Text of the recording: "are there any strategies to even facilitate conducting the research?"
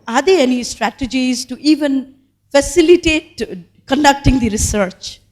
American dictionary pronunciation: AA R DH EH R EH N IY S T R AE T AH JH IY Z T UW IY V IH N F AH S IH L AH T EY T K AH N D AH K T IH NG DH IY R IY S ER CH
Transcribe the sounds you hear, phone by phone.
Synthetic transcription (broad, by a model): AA R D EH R EH N IY S T R AE T AH JH IY Z T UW IY V IH N F AH S IH L AH T EY T K AH N D AH K T IH NG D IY R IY S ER CH